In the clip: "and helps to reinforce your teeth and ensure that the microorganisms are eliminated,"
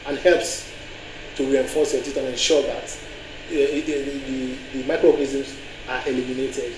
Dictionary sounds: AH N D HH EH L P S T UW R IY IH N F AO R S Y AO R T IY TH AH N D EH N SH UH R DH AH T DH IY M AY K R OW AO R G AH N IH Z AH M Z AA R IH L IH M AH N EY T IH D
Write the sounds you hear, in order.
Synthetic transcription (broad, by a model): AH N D HH EH L P S T UW R IY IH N F AO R S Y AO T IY T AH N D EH N SH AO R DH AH T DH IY M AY K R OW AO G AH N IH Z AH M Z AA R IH L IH M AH N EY T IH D